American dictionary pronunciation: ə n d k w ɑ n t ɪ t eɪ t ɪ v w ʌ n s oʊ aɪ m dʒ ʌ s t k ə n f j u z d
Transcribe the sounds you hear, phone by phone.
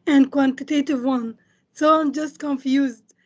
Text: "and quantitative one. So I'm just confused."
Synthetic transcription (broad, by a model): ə n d k w ɑ n t ɪ t eɪ t ɪ v w ʌ n s oʊ aɪ m dʒ ʌ s t k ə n f j u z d